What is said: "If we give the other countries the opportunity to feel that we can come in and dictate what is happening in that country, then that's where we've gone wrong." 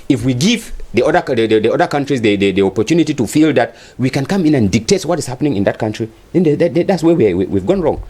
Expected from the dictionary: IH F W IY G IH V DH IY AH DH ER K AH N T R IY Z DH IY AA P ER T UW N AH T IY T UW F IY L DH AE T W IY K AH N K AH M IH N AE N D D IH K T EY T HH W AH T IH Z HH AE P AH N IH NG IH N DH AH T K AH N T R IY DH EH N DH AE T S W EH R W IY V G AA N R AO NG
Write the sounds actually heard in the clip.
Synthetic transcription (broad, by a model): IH F W IY G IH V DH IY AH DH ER K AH N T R IY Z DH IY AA P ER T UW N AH T IY T UW F IY L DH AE T W IY K AH N K AH M IH N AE N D D IH K T EY T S W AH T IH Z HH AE P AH N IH NG IH N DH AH T K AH N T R IY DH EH N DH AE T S W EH W W IY V G AA N R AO NG